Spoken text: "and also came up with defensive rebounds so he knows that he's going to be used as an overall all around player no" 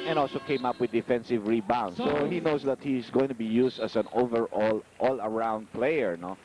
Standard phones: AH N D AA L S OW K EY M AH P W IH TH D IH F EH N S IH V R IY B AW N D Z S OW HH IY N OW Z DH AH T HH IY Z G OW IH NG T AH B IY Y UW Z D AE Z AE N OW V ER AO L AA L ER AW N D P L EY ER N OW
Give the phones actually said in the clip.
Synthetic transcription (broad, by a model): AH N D AA L S OW K EY M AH P W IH D IH F EH N S IH V R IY B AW N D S OW HH IY N OW S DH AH T HH IY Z G OW IH NG T AH B IY Y UW S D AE S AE N OW V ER AO L AA L ER AW N D P L EY ER N OW